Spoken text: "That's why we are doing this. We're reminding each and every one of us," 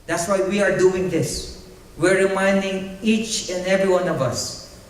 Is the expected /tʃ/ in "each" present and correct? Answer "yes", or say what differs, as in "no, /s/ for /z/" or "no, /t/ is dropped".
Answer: yes